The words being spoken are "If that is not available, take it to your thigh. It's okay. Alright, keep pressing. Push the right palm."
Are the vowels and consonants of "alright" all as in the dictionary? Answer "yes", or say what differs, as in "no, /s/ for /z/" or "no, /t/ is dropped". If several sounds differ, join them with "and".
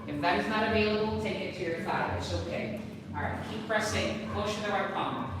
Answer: no, /l/ is dropped